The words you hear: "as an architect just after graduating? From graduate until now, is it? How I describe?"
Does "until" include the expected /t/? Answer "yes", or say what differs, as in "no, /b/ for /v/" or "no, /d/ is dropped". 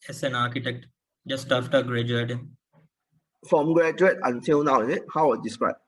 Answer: no, /s/ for /t/